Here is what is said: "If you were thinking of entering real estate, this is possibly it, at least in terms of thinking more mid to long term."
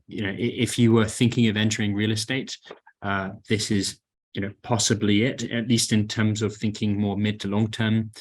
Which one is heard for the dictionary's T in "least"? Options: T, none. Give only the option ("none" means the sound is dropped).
T